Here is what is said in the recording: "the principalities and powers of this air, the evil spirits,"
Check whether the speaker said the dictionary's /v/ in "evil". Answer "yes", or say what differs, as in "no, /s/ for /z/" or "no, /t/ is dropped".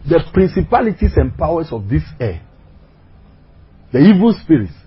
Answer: yes